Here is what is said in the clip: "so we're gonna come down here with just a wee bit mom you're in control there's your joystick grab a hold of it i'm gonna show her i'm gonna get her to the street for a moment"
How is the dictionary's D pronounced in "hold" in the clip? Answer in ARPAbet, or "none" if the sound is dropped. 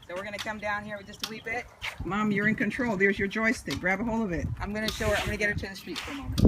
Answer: none